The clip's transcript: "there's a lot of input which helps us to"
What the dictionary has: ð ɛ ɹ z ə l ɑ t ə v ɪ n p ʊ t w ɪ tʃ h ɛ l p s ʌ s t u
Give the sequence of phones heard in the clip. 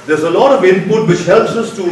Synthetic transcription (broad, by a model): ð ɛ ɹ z ə l ɑ t ə v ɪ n p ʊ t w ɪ tʃ h ɛ l p s ʌ s t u